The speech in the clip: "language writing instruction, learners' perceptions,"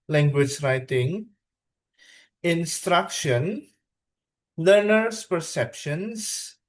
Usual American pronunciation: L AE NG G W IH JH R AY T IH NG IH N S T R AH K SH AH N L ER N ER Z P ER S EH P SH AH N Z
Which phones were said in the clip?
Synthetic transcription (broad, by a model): L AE NG G W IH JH R AY T IH NG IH N S T R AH K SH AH N L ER N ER S P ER S EH P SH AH N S